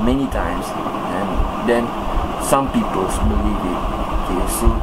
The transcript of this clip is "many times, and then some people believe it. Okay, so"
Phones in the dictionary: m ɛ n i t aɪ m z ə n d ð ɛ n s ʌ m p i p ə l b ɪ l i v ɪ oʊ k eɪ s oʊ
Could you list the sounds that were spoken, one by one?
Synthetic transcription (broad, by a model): m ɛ n i t aɪ m s ə n d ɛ n s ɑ m p i p ə l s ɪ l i w ɪ oʊ k eɪ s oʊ